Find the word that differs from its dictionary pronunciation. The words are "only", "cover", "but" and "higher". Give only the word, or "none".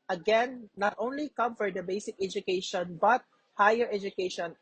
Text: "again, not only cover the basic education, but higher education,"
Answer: cover